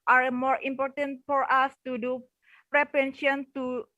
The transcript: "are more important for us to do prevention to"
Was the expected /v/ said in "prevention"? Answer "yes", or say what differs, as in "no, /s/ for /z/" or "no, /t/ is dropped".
no, /p/ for /v/